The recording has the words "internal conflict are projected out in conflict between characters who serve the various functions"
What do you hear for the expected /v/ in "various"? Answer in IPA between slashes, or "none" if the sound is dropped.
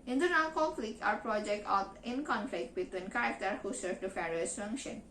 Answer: /f/